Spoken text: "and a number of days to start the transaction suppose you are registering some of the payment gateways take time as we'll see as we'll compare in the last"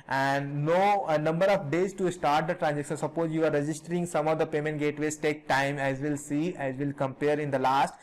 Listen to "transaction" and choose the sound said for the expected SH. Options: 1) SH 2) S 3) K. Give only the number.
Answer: 2